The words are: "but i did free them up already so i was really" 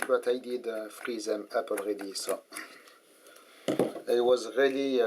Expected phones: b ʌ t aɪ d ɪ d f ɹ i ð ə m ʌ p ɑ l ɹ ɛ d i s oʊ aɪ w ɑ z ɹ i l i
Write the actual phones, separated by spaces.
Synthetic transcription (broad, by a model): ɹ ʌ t aɪ d ɪ d f ɹ i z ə m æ p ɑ l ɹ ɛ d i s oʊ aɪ w ɑ z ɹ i l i